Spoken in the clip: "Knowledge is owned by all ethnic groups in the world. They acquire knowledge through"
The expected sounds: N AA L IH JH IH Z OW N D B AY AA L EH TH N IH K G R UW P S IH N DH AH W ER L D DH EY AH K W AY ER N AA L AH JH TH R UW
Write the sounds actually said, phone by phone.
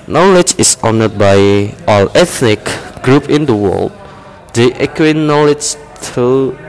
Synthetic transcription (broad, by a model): N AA L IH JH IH S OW N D B AY AA L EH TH N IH K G R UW P IH N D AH W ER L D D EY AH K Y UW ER N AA L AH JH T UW